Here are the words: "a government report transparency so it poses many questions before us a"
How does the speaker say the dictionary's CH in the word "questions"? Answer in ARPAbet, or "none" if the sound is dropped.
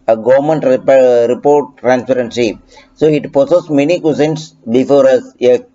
none